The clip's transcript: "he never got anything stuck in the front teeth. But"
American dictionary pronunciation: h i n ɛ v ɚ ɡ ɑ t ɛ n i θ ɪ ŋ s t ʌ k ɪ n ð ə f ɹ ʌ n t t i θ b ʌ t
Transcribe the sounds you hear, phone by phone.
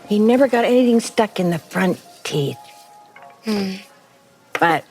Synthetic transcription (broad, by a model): h i n ɛ v ɚ ɡ ɑ t ɛ n i θ ɪ ŋ s t ʌ k ɪ n ð ə f ɹ ʌ n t t i θ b ʌ t